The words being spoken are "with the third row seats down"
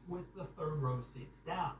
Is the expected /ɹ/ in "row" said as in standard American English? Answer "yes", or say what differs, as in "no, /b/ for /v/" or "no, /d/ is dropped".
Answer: yes